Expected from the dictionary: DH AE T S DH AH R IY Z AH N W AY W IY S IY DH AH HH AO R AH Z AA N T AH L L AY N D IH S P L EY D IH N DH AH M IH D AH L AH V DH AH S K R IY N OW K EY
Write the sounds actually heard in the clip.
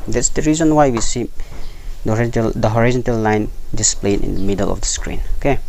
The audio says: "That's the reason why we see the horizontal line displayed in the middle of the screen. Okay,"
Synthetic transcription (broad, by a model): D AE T S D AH R IY Z AH N W AY W IY S IY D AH HH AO R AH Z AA N T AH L L AY N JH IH S P L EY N IH N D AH M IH D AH L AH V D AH S K R IY N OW K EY